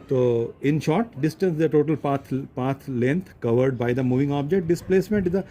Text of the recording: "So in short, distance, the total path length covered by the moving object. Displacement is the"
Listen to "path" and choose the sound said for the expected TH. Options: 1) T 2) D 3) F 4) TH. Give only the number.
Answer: 1